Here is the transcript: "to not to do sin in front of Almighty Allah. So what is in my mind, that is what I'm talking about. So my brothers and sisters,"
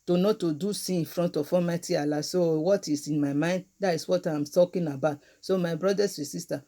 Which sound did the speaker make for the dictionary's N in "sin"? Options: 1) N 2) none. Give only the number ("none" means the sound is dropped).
2